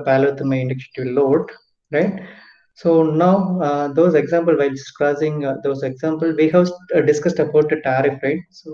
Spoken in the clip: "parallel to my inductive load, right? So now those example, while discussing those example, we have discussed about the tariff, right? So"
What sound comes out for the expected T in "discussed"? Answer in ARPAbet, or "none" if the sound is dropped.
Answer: T